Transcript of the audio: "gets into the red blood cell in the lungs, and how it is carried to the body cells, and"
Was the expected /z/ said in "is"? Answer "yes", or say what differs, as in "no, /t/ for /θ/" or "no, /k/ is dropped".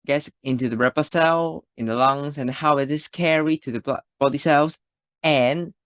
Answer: no, /s/ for /z/